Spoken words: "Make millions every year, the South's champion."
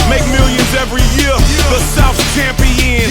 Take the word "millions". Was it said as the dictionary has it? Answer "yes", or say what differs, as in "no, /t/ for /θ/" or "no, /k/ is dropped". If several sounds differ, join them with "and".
yes